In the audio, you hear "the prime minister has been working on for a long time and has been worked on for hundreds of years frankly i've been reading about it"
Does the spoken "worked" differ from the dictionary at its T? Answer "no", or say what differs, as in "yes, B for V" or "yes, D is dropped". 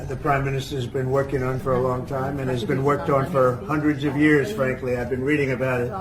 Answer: no